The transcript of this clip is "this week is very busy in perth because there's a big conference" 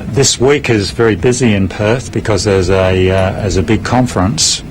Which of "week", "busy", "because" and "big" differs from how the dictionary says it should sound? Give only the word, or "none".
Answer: none